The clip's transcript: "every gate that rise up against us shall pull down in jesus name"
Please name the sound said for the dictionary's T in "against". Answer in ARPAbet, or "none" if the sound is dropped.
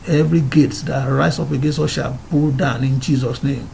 none